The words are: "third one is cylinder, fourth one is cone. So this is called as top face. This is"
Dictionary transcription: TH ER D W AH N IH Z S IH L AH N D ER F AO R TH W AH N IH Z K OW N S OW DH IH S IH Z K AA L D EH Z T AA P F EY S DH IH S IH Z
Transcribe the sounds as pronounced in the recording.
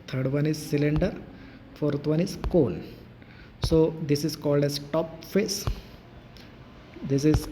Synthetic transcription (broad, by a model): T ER D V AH N IH Z S IH L AH N D ER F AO R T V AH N IH Z K OW L S OW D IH S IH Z K AA L D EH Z T AA P F EY S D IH S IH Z